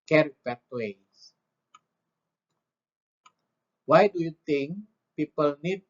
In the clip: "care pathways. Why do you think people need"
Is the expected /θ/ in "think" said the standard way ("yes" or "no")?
no